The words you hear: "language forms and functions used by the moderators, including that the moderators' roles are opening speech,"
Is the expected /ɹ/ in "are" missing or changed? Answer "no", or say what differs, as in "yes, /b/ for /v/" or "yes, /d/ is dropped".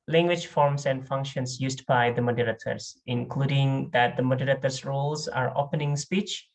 no